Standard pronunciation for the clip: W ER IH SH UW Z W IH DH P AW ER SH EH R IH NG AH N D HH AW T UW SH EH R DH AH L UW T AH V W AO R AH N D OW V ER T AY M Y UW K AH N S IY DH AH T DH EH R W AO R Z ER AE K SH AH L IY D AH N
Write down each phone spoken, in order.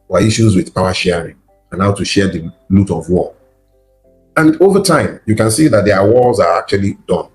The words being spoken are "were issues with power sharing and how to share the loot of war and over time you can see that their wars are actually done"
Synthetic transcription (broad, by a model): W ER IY SH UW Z W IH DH P AW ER SH EH R IH NG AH N HH AW T UW SH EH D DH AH L UW T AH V W AO L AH N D OW V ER T AY M Y UW K AH N S IY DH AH T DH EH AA W AO L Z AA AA K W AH L IY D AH N